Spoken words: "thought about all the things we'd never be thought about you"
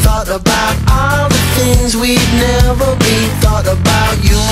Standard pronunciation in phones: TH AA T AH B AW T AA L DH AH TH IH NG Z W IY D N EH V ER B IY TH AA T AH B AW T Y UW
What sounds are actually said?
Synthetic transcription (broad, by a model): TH AA T AH B AW T AA L DH AH TH IH NG Z W IY D N EH V ER B IY TH AA T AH B AW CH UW